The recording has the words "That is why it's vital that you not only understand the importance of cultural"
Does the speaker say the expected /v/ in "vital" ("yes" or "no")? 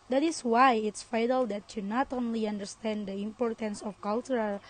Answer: no